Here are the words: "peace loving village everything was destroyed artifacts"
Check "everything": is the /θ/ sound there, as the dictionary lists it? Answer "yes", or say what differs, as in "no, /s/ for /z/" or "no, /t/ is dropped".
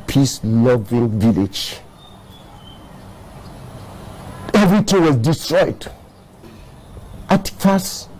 no, /t/ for /θ/